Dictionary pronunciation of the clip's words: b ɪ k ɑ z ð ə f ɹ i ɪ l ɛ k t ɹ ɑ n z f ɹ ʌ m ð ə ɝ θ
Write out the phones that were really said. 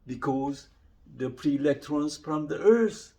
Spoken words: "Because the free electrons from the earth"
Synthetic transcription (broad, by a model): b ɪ k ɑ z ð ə p ɹ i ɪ l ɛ k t ɹ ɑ n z f ɹ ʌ m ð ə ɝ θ